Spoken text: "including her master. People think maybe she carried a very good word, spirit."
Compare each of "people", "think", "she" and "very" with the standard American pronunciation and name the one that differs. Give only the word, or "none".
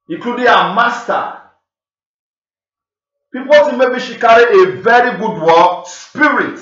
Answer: think